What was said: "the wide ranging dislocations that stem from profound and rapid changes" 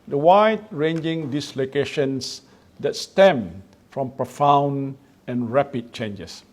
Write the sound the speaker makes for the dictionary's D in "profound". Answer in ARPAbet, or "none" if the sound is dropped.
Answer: none